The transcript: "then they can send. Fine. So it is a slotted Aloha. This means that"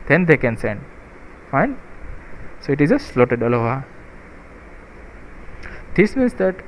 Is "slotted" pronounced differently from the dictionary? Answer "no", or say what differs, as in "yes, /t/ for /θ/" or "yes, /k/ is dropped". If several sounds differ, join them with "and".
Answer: no